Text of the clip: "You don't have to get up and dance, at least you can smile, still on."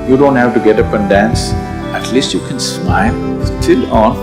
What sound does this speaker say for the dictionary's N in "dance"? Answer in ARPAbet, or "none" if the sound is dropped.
N